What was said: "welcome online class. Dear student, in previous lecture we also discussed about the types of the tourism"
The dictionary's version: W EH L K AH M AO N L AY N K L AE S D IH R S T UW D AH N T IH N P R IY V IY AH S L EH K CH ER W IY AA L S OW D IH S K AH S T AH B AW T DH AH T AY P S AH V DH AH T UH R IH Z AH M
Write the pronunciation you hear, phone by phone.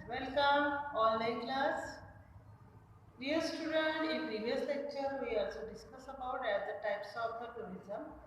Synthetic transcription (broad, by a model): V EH L K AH M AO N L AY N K L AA S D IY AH S T UW D AH N T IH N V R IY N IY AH S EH K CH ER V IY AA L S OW D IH S K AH S AH B AW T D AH T AY P S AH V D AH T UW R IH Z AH M